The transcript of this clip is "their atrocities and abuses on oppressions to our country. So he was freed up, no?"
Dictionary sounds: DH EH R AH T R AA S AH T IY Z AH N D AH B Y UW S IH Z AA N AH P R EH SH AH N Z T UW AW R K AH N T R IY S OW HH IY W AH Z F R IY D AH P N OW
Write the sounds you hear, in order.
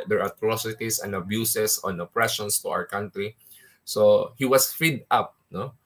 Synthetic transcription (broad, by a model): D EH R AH T R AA S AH T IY S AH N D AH B Y UW S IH S AA N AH P R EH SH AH N S T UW AW R K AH N T R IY S OW HH IY W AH S F IY D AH P N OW